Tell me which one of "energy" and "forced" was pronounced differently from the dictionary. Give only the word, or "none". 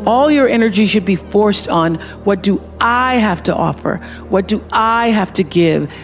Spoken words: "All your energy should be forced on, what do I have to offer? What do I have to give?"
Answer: none